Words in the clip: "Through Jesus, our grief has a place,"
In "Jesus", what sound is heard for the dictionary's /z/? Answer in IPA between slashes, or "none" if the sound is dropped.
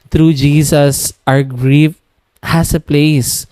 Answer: /s/